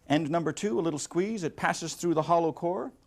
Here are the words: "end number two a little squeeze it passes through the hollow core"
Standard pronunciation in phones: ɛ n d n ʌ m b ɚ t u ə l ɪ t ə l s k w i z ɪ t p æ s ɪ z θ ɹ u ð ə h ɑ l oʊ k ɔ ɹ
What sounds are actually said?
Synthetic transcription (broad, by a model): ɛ n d n ʌ m b ɚ t u ə l ɪ t l s k w i z ɪ t p æ s ɪ z θ ɹ u ð ə h ɑ l oʊ k ɔ ɹ